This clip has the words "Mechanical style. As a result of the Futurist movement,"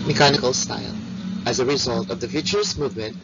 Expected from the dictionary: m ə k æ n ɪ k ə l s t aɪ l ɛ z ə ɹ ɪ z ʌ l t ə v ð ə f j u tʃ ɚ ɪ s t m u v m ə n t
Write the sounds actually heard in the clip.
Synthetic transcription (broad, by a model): m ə k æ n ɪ k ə l s t aɪ l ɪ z ə ɹ ɪ z ʌ l t ə v ð ə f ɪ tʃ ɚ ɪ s m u v m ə n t